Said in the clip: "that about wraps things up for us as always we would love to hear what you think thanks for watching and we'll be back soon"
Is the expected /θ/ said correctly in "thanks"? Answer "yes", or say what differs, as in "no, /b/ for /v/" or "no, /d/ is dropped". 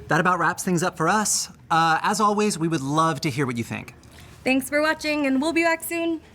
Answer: yes